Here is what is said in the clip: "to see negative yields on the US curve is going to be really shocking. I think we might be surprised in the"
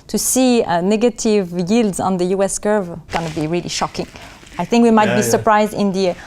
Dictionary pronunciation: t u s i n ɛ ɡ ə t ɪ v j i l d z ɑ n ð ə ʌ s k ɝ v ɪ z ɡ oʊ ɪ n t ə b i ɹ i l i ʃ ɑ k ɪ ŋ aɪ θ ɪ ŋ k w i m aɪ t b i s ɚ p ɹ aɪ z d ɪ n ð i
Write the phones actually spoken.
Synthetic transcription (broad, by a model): t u s i n ɛ ɡ ə t ɪ v j i l d z ɑ n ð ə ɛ s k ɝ v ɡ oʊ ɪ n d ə b i ɹ i l i ʃ ɑ k ɪ ŋ aɪ θ ɪ ŋ k w i m aɪ t b i s ɚ p ɹ aɪ z d ɪ n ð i